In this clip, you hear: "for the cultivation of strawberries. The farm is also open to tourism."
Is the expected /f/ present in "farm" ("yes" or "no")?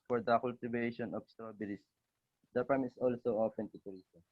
no